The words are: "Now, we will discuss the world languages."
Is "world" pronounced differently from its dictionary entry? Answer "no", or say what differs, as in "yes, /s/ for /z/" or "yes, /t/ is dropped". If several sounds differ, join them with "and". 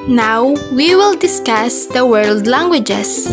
no